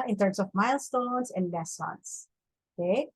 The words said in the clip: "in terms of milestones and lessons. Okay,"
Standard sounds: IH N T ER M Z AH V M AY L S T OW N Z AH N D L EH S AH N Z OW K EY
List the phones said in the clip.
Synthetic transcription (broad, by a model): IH N T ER M S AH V M AY L S T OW N S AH N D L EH S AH N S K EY